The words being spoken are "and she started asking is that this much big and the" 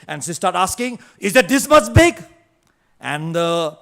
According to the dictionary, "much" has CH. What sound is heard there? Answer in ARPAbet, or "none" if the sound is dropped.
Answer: S